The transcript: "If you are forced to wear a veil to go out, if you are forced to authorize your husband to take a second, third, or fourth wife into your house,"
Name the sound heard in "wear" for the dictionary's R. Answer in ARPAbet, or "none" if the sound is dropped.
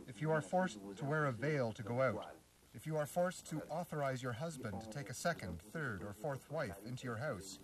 R